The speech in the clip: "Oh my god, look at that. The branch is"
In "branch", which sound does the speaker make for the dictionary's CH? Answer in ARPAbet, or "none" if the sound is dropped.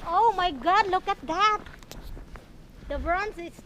S